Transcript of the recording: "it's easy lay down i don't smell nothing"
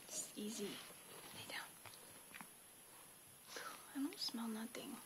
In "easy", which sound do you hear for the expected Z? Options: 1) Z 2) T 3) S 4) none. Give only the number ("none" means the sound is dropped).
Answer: 1